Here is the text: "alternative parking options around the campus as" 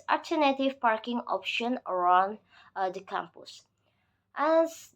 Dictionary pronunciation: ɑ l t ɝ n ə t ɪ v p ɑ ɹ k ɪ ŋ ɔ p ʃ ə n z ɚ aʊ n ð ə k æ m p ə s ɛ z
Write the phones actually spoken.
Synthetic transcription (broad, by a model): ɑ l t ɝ n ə t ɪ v p ɑ ɹ k ɪ ŋ ɔ p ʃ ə n ɚ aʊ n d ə k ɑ m p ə s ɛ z